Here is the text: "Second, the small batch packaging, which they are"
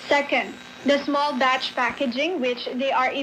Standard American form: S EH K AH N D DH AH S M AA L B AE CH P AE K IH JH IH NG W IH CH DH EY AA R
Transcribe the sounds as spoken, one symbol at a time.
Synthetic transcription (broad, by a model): S EH K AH N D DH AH S M AA L B AE CH P AE K IH JH IH NG W IH CH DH EY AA R